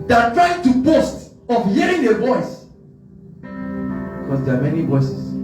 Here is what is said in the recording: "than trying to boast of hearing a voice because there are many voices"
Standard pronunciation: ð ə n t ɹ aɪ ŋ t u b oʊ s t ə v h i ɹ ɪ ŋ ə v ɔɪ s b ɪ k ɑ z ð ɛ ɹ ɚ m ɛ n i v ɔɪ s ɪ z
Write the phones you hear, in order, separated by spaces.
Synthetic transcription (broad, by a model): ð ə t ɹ aɪ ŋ t u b oʊ s t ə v h i ɹ ɪ ŋ ə v ɔɪ s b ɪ k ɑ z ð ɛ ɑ m ɛ n i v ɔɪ s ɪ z